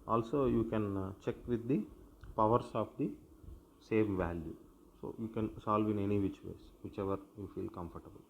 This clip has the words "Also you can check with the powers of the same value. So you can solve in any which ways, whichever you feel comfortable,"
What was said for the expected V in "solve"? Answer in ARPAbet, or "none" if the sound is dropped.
V